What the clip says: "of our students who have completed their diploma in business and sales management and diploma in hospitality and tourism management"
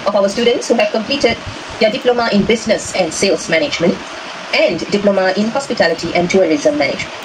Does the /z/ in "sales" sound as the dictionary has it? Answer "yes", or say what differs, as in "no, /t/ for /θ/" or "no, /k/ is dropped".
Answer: no, /s/ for /z/